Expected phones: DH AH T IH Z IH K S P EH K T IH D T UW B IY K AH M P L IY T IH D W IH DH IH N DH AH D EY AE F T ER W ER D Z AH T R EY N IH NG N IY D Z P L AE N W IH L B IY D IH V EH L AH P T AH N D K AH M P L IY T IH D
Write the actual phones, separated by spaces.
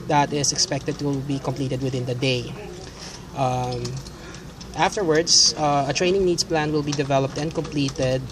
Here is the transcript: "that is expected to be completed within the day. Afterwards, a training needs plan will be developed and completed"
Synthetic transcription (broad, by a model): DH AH T IH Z IH K S P EH K T IH D T UW B IY K AH M P L IY T IH D W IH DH IH N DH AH D EY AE F T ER W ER D S AH T R EY N IH NG N IY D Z P L AE N W IH L B IY D IH V EH L AH P T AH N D K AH M P L IY T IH D